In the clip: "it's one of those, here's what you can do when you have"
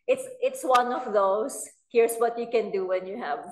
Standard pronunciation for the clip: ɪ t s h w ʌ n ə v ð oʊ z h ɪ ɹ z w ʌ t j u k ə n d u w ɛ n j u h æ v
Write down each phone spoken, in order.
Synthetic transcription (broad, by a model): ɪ t s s w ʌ n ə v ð oʊ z h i ɹ s w ʌ t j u k ə n d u w ɛ n j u h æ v